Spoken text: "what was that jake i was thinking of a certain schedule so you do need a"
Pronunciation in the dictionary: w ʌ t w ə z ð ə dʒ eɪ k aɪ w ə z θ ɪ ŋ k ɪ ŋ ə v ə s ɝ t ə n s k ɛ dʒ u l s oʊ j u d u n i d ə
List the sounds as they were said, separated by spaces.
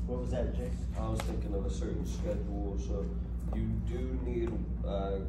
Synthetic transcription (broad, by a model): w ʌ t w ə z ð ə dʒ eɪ aɪ w ə z θ ɪ ŋ k ɪ ŋ ə v ə s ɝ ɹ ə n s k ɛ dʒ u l s oʊ j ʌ d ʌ n i d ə